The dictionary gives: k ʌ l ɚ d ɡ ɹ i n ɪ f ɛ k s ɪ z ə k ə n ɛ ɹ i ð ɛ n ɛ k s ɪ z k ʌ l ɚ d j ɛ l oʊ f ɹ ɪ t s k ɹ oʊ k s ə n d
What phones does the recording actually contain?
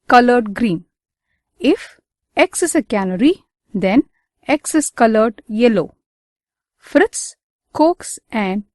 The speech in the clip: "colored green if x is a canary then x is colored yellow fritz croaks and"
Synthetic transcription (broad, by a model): k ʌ l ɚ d ɡ ɹ i n ɪ f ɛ k s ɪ s ə k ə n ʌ ɹ i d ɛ n ɛ k s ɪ s k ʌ l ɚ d j ɛ l oʊ f ɹ ɪ t s k oʊ k s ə n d